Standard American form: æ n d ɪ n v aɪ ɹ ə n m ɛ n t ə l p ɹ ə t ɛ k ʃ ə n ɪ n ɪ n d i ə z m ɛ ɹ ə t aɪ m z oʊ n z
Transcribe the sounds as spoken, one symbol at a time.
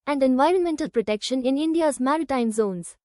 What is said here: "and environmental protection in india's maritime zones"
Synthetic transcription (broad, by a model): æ n d ɪ n v aɪ ɹ ə n m ɛ n t ə l p ɹ ə t ɛ k ʃ ə n ɪ n ɪ n d i ə z m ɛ ɹ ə t aɪ m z oʊ n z